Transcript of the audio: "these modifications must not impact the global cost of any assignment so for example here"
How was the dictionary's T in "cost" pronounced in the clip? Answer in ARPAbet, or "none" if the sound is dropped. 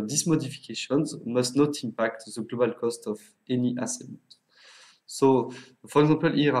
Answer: T